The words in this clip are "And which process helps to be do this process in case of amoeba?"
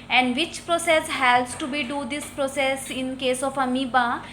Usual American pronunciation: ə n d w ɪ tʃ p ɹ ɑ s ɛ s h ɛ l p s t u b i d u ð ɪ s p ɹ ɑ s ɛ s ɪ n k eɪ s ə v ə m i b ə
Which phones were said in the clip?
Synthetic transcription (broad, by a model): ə n d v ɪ tʃ p ɹ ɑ s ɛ s h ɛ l s t u b i d u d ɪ s p ɹ ɑ s ɛ s ɪ n k eɪ s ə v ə m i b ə